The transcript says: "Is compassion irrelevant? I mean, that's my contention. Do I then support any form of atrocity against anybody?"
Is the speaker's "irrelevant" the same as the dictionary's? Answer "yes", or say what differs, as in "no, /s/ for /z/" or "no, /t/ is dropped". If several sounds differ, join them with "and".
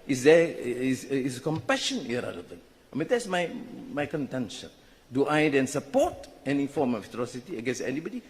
no, /t/ is dropped